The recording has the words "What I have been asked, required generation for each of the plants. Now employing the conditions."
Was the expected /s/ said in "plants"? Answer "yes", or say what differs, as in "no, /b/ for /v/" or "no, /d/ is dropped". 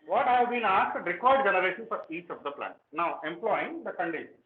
no, /s/ is dropped